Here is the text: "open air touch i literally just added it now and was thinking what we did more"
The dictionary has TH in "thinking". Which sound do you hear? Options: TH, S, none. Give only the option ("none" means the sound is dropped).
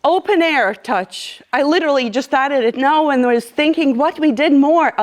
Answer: TH